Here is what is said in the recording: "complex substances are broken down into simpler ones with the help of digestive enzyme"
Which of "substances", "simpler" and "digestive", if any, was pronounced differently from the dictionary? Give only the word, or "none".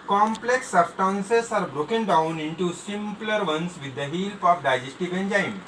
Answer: substances